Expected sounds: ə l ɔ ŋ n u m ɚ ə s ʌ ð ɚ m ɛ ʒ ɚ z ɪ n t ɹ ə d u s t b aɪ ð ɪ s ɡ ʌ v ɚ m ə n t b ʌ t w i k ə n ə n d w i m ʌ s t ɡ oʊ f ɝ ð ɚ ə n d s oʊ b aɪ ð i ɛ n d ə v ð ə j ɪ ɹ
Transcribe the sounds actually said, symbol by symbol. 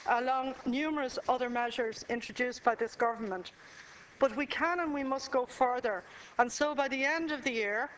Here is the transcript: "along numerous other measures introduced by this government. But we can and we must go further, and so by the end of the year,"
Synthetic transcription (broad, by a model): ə l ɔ ŋ n u m ɚ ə s ʌ ð ɚ m ɛ ʒ ɚ z ɪ n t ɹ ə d u s b aɪ ð ɪ s ɡ ʌ v ɚ m ə n t b ʌ t w i k ə n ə n w i m ʌ s t ɡ oʊ f ɝ ð ɚ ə n s oʊ b aɪ ð i ɛ n d ə v ð ə j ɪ ɹ